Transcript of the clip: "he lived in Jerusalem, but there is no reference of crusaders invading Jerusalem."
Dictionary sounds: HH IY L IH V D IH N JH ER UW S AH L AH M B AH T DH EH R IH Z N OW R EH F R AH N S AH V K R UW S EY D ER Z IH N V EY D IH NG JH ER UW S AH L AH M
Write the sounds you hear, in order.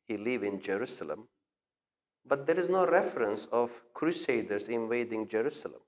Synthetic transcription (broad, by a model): HH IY L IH V IH N JH ER UW S AH L AH M B AH T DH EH R IH Z N OW R EH F R AH N S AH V K R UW S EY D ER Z IH N V EY D IH NG JH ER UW S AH L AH M